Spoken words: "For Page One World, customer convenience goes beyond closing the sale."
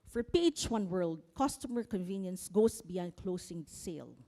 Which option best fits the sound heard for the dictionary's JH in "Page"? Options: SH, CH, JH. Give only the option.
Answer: CH